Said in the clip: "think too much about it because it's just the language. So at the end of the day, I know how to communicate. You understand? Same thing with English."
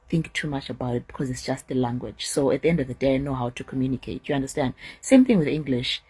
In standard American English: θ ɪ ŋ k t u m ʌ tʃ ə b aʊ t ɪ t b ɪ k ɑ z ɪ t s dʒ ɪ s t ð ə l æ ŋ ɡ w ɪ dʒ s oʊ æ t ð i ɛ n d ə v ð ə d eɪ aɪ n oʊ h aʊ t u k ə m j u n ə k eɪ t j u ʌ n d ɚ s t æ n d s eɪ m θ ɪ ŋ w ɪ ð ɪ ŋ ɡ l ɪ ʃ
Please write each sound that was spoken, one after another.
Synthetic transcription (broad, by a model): θ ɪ ŋ k t u m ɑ tʃ ə b aʊ t ɪ t b ɪ k ɑ z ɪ t s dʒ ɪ s t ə l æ ŋ ɡ w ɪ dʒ s oʊ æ t ð i ɛ n d ə v ð ə d eɪ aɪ n oʊ h aʊ t u k ə m j u n ə k eɪ t j u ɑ n d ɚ s t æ n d s eɪ m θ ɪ ŋ w ɪ ð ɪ ŋ ɡ l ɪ ʃ